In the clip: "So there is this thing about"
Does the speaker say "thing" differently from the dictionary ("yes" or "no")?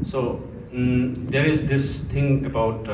yes